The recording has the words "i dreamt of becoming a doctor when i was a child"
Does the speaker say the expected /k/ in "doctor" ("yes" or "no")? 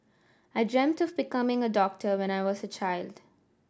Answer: yes